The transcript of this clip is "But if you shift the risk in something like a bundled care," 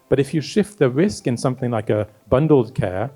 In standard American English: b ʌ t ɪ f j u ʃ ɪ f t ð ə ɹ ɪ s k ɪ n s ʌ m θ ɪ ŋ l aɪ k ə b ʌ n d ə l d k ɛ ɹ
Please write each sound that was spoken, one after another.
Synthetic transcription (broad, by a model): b ʌ t ɪ f j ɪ ʃ ɪ f t ð ə ɹ ɪ s k ɪ n s ʌ m θ ɪ ŋ l aɪ k ə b ʌ n d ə l d k ɛ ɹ